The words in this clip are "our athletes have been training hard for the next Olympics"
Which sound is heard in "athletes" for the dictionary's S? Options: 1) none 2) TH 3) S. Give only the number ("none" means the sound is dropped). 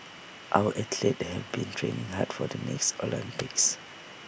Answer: 1